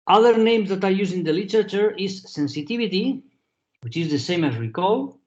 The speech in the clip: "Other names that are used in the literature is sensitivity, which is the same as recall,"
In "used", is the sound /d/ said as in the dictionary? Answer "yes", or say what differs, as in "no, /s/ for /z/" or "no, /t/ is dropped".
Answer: no, /d/ is dropped